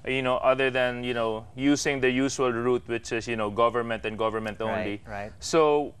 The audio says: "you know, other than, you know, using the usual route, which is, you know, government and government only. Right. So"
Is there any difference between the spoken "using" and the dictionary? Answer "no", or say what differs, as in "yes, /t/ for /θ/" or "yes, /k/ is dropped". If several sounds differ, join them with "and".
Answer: yes, /s/ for /z/